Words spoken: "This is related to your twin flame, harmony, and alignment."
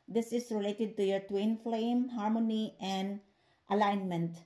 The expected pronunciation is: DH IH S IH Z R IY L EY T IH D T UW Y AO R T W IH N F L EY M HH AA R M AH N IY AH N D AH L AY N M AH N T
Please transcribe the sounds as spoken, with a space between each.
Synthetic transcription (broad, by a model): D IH S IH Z R IY L EY T IH D T UW Y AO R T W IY N F L EY M HH AA R M AH N IY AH N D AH L AY N M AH N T